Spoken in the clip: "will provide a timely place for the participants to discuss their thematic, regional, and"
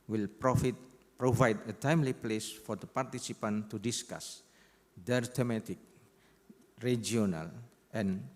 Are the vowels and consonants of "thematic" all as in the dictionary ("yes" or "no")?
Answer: no